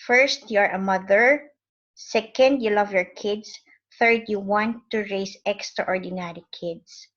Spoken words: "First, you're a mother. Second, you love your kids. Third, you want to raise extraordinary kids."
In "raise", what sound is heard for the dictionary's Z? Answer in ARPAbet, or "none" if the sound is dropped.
S